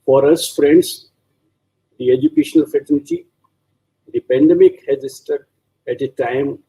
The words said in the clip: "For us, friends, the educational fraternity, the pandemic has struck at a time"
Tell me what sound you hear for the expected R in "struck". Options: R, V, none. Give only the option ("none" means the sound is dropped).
none